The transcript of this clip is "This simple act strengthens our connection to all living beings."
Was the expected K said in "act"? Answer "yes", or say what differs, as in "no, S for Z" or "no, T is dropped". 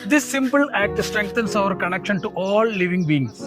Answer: yes